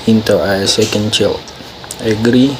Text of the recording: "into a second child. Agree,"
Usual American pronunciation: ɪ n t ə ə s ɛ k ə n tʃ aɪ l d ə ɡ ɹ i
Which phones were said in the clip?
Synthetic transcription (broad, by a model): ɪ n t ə ə s ɛ k ə n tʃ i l ə ɡ ɹ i